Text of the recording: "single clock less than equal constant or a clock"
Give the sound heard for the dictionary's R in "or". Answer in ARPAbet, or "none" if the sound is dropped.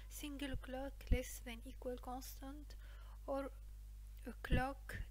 R